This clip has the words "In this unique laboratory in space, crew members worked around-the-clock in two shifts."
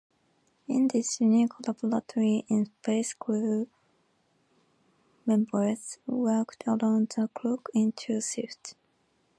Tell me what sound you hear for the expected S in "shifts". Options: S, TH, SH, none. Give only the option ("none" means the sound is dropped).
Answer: none